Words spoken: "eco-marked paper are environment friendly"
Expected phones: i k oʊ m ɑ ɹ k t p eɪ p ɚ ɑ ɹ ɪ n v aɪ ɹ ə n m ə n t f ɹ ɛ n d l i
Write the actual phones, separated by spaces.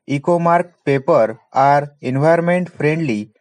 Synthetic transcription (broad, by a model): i k oʊ m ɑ ɹ k p eɪ p ɚ ɑ ɹ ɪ n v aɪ ə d m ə n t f ɹ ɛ n d l i